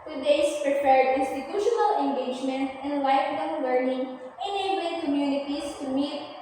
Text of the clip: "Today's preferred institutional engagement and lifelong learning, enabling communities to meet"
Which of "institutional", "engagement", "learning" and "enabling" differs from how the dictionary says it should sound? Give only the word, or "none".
none